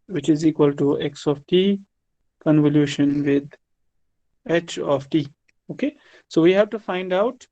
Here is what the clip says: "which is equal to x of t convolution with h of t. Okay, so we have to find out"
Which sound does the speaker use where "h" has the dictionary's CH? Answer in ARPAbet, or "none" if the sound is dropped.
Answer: CH